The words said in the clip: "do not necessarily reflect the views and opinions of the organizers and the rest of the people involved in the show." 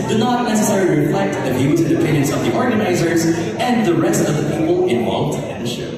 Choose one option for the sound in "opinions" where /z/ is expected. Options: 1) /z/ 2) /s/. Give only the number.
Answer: 2